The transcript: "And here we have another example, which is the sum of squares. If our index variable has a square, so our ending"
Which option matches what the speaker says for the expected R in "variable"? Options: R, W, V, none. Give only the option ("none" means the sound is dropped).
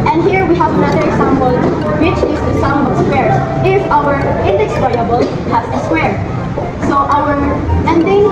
none